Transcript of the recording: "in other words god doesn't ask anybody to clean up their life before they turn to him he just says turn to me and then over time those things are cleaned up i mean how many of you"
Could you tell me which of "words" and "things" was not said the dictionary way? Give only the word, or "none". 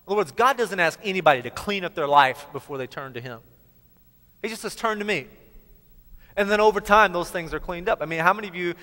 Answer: none